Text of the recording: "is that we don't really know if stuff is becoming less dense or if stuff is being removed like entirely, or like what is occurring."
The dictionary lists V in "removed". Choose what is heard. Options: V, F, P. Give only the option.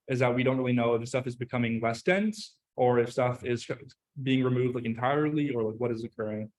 V